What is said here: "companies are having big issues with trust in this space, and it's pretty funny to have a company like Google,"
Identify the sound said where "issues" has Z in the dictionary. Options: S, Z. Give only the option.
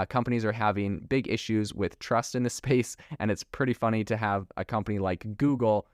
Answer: Z